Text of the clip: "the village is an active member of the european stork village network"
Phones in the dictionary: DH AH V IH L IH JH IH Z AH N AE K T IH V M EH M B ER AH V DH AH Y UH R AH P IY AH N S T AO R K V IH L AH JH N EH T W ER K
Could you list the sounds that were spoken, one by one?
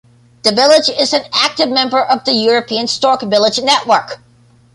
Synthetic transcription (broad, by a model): DH AH V IH L IH JH IH Z AH N AE K T IH V M EH M B ER AH V DH AH Y UH R AH P IY AH N S T AO R K V IH L AH JH N EH T W ER K